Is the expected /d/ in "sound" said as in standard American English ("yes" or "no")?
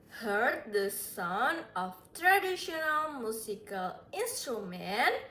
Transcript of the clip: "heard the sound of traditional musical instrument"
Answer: no